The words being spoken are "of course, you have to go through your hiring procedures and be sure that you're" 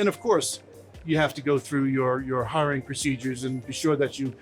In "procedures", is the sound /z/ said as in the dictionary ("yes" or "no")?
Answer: yes